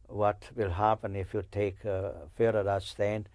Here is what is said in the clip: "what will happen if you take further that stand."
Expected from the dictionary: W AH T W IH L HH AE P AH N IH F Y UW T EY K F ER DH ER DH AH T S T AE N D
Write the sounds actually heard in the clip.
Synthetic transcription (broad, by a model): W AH T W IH L HH AE P AH N IH F Y UW T EY K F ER ER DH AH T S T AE N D